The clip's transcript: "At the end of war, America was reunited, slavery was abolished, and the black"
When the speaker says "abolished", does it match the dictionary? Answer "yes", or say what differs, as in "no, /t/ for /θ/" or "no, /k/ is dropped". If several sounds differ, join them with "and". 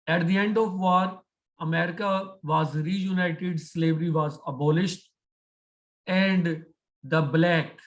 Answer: yes